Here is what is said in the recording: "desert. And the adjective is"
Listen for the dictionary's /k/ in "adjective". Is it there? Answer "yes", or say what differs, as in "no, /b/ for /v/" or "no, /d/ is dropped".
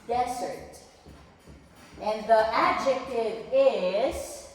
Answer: yes